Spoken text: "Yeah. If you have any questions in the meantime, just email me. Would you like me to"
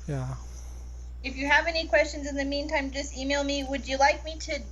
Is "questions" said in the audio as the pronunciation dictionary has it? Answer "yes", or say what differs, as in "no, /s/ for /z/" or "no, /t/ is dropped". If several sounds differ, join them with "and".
yes